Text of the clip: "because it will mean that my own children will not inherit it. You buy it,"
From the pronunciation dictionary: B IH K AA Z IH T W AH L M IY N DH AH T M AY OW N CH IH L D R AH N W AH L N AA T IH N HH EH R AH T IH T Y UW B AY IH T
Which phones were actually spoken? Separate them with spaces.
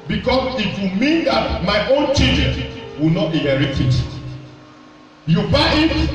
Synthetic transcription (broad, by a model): B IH K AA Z IH T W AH M IY N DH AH T M AY OW N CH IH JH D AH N W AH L N AA T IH HH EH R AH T IH T Y UW B AY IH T